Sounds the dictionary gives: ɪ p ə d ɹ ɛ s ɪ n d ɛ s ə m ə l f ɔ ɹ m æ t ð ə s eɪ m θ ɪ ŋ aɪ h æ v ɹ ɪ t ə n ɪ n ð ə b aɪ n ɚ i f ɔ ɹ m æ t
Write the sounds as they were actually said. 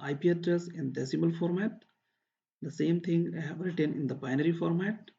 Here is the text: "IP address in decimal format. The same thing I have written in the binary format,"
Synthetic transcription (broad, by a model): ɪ p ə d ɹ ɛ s ɪ n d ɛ s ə m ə l f ɔ ɹ m æ t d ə s eɪ m t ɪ ŋ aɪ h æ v ɹ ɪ t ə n ɪ n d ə b aɪ n ɚ i f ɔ ɹ m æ t